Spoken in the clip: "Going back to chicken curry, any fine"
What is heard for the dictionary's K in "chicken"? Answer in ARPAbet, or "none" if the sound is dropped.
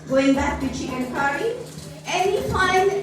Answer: none